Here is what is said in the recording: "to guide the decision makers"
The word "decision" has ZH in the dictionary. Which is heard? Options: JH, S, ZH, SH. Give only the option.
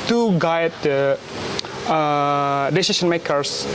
SH